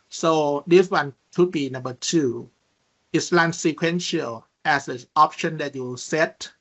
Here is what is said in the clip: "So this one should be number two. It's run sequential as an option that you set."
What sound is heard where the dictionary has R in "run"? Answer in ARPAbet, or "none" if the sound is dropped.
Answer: L